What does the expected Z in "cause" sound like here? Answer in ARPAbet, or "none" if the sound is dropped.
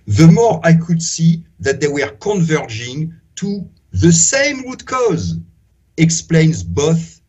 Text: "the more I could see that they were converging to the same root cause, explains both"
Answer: Z